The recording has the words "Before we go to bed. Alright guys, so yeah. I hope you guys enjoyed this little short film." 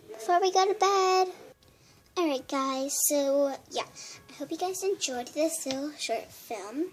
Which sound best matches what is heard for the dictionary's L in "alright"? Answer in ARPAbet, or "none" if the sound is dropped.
none